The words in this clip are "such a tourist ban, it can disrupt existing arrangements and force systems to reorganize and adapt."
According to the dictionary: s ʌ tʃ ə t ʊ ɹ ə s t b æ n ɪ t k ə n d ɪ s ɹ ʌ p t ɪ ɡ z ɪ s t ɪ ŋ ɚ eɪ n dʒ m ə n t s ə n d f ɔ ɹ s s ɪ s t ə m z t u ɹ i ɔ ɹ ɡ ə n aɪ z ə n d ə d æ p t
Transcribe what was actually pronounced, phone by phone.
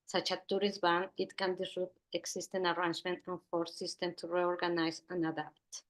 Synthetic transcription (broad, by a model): s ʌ tʃ ə t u ɹ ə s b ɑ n ɪ t k ə n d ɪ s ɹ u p ɪ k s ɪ s t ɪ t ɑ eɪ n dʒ m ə n t ə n f ɔ ɹ s s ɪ s t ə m t u ɹ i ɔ ɹ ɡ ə n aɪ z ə n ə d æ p t